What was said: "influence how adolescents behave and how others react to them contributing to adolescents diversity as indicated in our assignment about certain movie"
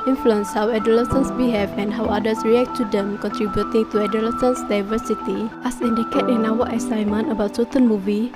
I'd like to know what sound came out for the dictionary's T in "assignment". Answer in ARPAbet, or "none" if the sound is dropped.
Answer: none